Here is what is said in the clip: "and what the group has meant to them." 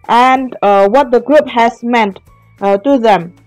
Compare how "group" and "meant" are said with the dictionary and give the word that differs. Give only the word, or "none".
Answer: none